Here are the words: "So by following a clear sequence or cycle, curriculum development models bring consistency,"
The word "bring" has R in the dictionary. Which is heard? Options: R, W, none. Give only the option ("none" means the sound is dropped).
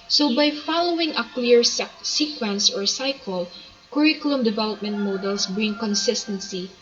R